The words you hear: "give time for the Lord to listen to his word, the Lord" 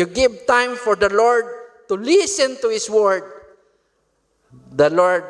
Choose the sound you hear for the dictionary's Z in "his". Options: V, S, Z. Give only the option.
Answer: S